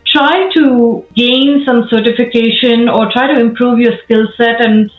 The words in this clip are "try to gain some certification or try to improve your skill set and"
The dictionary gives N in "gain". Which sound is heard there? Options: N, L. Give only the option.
N